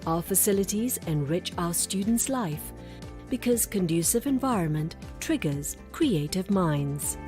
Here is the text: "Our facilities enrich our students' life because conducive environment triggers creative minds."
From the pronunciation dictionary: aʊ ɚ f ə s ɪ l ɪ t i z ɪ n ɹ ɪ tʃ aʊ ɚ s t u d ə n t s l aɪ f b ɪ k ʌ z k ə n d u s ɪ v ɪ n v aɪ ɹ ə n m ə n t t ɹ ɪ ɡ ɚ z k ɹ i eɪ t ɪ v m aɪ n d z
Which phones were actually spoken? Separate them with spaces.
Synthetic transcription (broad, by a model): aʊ ɚ f ə s ɪ l ɪ t i z ɪ n ɹ ɪ tʃ aʊ ɚ s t u d n t s l aɪ f b ɪ k ʌ z k ə n d u s ɪ v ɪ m v aɪ ɹ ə n m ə n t t ɹ ɪ ɡ ɚ z k ɹ i eɪ t ɪ v m aɪ n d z